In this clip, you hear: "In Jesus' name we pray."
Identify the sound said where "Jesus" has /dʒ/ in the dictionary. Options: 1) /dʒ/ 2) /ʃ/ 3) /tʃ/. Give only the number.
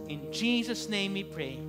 1